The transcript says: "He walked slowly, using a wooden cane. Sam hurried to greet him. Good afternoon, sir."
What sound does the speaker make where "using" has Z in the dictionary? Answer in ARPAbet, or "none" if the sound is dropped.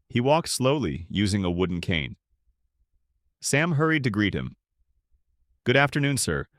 Z